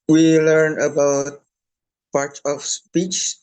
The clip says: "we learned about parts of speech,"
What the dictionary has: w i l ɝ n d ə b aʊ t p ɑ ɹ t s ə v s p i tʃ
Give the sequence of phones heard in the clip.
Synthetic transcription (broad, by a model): w i l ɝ n ə b aʊ t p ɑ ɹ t ə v s p i tʃ